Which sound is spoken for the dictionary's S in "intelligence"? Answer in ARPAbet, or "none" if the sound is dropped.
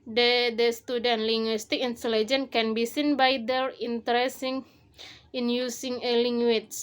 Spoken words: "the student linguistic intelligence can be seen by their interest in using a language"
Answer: none